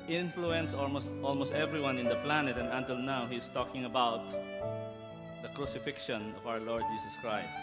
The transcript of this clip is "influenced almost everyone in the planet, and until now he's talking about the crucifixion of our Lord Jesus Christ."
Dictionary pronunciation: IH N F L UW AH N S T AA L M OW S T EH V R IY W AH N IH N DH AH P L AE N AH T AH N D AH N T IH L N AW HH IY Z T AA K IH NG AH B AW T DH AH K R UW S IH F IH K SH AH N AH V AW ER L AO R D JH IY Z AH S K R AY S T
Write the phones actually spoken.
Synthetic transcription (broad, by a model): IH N F L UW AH N S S AA L M OW S T EH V R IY W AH N IH N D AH P L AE N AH T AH N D AH N T IH L N AW HH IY S T AA K IH NG AH B AW T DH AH K R UW S IH F IH K SH AH N AH V AW ER L AO R D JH IY S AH S K R AY S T